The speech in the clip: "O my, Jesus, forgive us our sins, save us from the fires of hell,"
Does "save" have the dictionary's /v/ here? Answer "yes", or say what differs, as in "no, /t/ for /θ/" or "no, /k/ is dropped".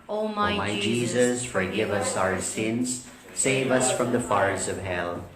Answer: yes